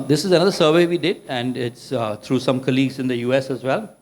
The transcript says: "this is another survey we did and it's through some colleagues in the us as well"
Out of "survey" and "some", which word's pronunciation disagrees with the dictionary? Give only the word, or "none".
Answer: none